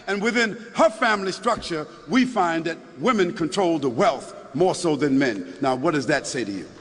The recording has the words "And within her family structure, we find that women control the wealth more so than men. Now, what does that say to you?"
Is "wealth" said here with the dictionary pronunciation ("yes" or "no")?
yes